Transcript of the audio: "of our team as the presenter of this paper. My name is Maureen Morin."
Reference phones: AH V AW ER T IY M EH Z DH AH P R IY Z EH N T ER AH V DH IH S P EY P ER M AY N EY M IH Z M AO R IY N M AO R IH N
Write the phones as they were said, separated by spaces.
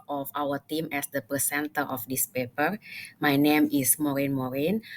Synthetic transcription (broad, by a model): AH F AW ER T IY M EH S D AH P IY S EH N T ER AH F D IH S P EY P ER M AY N EY M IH S M AO R IY N M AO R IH N